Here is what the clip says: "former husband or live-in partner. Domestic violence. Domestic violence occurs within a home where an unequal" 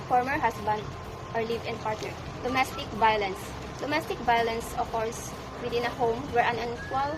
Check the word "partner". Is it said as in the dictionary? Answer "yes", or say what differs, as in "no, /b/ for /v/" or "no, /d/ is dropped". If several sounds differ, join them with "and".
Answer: no, /n/ is dropped